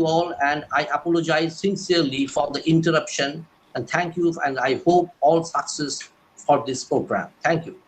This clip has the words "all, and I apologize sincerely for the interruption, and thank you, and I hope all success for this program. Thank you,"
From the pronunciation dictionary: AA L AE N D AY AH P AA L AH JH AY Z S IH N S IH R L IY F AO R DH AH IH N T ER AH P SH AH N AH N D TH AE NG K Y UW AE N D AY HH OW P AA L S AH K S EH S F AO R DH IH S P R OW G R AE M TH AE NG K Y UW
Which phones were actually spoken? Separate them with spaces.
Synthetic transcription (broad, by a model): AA L AE N D AY AH P AA L AH JH AY Z S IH N S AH R L IY F AO R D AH IH N T ER AH P SH AH N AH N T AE NG K Y UW AE N D AY HH OW P AA L S AH K S EH S F AO R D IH S P R OW G R AE M T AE NG K Y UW